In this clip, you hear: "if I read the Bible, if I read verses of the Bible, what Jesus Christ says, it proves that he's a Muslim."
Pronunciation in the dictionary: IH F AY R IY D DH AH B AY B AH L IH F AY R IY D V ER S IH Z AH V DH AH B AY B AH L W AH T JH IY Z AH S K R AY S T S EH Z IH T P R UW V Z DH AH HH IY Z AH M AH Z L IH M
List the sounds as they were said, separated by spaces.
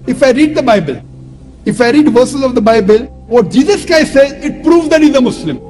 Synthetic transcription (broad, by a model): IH F AY R IY D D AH B AY B AH L IH F AY R IY D V ER S IH Z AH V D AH B AY B AH L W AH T JH IY Z AH S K AY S S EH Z IH T P R UW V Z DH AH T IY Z AH M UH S L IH M